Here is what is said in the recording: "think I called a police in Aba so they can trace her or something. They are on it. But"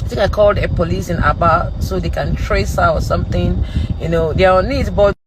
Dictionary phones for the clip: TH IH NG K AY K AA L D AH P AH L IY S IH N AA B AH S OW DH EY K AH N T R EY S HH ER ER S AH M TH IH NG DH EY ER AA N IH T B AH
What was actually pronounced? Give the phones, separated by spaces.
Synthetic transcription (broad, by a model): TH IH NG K AY K AA L D AH P AH L IY S IH N AA B AH S OW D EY K AH N T R EY S HH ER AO S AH M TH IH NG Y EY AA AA N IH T B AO